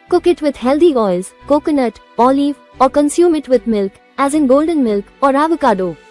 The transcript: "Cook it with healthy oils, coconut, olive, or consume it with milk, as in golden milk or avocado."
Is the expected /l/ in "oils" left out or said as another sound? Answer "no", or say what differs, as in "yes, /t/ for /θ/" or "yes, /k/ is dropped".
no